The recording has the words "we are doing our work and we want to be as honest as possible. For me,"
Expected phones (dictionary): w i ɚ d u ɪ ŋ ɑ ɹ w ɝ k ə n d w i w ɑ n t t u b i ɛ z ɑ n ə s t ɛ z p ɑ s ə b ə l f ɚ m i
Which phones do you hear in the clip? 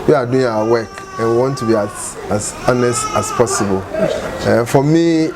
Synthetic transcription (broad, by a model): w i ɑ d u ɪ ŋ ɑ w w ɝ k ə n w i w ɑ n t t u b i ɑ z ɑ n ə s t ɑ s p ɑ s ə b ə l f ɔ m i